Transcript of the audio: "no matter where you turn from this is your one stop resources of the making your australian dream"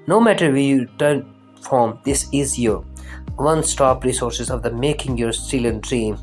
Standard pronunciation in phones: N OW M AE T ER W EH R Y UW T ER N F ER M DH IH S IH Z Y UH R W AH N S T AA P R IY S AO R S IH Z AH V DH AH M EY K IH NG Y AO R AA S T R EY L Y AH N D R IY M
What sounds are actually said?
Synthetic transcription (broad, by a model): N OW M AE T ER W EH Y UW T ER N F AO M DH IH S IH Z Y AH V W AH N S T AA P R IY S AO R S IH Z AH V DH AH M EY K IH NG Y AO R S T IH L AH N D R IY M